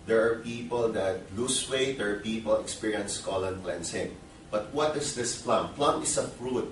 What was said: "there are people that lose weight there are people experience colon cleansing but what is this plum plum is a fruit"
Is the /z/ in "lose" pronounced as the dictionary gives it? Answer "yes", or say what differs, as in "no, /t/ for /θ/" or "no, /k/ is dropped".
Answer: no, /s/ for /z/